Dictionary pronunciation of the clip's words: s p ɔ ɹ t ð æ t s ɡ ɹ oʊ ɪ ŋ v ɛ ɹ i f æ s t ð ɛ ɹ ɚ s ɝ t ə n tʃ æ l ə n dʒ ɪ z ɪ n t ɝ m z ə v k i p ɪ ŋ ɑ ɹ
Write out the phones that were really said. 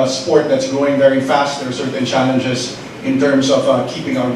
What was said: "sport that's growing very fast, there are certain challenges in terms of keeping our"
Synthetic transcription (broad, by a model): s p ɔ ɹ t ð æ t s ɡ ɹ oʊ ɪ ŋ v ɛ ɹ i f æ s t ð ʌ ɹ s ɝ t n tʃ æ l ə n dʒ ɪ z ɪ n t ɝ m z ə v k i p ɪ ŋ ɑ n